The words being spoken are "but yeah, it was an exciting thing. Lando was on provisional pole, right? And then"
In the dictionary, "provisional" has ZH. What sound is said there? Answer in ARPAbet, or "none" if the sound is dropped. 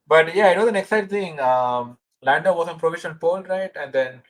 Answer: SH